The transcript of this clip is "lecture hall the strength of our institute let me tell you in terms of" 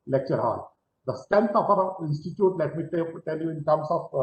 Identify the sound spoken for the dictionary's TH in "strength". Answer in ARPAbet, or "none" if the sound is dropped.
F